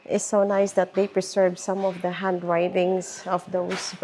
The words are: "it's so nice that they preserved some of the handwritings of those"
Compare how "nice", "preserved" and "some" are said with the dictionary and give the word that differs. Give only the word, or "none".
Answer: preserved